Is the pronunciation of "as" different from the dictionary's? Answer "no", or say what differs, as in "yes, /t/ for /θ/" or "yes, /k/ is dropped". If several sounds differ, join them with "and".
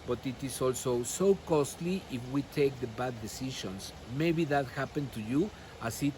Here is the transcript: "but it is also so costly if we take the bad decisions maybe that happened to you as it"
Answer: yes, /s/ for /z/